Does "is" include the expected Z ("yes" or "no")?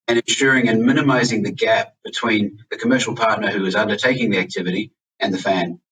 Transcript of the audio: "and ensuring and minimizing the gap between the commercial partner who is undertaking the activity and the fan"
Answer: yes